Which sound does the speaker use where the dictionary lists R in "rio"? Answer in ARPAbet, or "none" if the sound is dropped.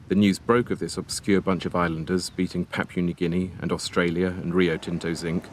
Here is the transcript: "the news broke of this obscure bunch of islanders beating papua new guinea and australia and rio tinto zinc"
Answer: R